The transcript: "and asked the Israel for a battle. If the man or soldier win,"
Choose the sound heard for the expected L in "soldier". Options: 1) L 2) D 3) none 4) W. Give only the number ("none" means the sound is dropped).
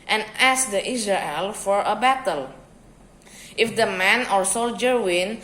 1